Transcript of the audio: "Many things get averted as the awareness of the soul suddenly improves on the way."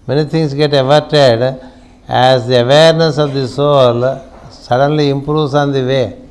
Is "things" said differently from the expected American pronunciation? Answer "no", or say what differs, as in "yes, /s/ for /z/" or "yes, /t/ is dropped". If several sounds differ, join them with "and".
yes, /t/ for /θ/ and /s/ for /z/